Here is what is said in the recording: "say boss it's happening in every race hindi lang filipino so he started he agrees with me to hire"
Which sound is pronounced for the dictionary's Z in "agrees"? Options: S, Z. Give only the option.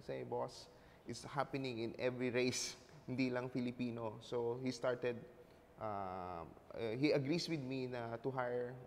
S